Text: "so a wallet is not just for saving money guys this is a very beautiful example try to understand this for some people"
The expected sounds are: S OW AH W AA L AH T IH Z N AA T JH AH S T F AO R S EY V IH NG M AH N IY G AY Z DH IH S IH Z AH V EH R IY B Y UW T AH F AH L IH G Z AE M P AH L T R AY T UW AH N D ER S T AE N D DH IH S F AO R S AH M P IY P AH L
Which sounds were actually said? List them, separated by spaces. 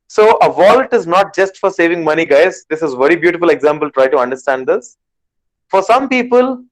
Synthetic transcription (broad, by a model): S OW AH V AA L T IH Z N AA T JH AH S T F AO R S EY V IH NG M AH N IY G AY Z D IH S IH Z V EH R IY B Y UW T AH F AH L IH G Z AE M P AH L T R AY T UW AH N D ER S T AE N D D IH S F AO R S AH M P IY P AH L